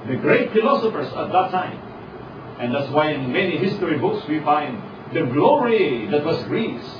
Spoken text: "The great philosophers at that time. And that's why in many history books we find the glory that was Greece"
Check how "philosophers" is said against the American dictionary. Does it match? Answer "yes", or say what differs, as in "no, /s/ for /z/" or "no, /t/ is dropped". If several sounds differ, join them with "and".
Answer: no, /s/ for /z/